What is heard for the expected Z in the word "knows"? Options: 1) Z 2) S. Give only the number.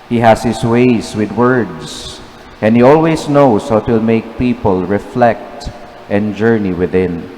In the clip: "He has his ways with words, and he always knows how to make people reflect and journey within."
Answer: 2